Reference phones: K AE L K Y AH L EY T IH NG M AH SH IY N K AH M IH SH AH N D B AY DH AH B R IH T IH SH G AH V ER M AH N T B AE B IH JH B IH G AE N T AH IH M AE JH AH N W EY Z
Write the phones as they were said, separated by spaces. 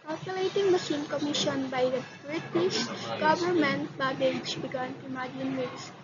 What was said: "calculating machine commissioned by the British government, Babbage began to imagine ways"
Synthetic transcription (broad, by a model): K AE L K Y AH L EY T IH NG M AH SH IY N K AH M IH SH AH N B AY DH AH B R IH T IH S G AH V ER M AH N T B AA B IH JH B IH G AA N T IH M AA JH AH N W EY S